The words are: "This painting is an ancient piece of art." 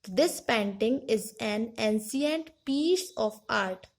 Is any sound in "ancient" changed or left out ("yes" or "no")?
yes